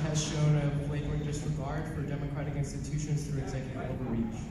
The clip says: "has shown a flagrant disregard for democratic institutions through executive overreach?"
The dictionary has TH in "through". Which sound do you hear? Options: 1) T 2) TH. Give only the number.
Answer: 1